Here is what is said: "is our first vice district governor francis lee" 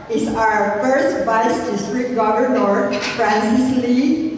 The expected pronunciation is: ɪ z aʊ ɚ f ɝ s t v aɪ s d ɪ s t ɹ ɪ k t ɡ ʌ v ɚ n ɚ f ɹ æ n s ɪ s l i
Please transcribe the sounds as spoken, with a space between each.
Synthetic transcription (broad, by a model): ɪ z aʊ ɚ f ɝ s t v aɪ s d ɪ s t ɹ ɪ t ɡ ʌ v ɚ n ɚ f ɹ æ n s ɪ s l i